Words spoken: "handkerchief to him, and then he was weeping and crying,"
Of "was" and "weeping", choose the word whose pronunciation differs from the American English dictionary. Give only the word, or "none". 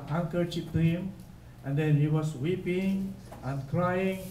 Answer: was